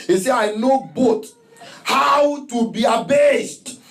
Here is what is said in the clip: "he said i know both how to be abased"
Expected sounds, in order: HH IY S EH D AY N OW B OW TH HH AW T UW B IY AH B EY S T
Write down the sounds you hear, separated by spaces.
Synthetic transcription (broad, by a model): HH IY S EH AY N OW B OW T HH AW T UW B IY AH B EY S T